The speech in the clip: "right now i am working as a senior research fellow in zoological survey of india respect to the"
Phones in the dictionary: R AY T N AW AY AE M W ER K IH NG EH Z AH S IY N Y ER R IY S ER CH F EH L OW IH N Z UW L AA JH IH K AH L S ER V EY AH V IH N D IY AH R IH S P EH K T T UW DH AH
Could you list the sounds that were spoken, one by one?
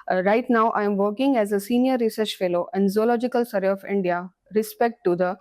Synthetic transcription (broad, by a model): R AY T N AW AY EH M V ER K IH NG EH Z AH S IY N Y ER R IY S ER CH F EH L OW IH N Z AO L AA JH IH K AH L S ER EY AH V IH N D IY AH R IH S P EH K T T UW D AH